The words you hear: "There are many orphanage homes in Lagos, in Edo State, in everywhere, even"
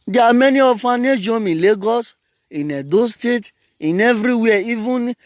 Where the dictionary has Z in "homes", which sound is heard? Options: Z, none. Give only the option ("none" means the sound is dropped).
none